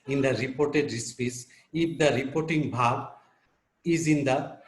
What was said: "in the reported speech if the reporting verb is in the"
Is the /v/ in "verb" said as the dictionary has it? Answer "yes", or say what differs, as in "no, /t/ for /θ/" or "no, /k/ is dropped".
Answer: no, /b/ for /v/